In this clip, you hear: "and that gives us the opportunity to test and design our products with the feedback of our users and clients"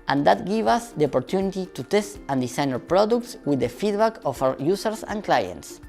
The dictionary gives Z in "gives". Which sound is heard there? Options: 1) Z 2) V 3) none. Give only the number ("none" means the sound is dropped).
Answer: 3